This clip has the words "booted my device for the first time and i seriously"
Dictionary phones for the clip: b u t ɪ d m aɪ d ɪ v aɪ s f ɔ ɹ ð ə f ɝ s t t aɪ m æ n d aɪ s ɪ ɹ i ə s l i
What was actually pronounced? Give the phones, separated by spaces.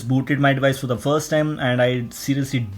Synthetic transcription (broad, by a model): b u t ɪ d m aɪ d ɪ v aɪ s f ɔ ɹ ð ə f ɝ s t t aɪ m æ n d aɪ s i ɹ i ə s l i